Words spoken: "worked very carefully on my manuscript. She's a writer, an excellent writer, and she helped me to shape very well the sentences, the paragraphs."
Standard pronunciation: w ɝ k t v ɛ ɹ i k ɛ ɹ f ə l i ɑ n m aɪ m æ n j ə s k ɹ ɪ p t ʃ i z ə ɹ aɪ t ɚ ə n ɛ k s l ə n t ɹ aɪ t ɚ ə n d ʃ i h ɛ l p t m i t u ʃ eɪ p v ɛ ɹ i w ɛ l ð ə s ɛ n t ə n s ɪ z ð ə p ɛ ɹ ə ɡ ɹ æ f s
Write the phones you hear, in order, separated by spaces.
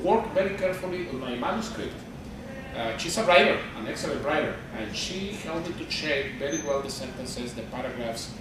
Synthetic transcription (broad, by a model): w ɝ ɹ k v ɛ ɹ i k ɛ ɹ f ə l i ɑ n m aɪ m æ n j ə s k ɹ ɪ p t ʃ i s ə ɹ aɪ t ɚ ə n ɛ k s l ə n t ɹ aɪ t ɚ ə n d ʃ i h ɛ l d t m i t u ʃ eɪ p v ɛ ɹ i w ɛ l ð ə s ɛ n t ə n s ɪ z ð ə p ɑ ɹ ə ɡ ɹ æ f s